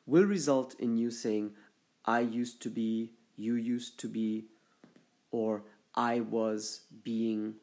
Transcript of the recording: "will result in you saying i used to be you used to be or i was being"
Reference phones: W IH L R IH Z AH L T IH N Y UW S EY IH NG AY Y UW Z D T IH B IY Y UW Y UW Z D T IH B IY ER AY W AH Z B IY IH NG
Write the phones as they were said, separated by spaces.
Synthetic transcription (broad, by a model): W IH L R IH Z AH L T IH N Y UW S EY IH NG AY Y UW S T IH B IY Y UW Y UW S T IH B IY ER AY W AH Z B IY IH NG